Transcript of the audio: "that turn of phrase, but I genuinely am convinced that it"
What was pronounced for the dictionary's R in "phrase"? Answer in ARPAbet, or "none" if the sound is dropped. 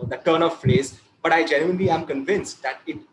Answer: L